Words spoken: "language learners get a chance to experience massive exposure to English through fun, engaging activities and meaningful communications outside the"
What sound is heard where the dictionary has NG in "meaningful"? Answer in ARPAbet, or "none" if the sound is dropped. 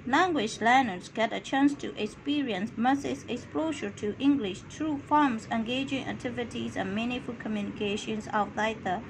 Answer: none